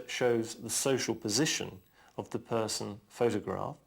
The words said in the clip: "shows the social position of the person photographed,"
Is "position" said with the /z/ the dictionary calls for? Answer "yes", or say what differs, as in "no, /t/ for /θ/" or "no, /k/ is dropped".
yes